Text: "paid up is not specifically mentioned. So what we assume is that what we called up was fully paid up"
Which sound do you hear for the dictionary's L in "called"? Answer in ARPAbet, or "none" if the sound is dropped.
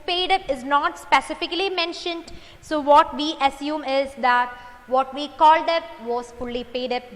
L